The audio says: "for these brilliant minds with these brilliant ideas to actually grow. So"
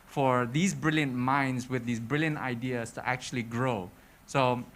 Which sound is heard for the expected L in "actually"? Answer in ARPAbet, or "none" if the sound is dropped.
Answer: L